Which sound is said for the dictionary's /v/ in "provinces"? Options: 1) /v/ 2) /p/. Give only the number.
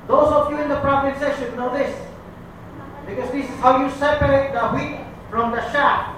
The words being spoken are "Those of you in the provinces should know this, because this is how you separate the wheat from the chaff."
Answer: 2